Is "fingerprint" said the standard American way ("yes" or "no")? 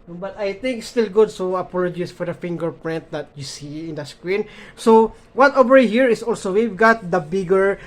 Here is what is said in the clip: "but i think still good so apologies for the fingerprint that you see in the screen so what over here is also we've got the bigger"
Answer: yes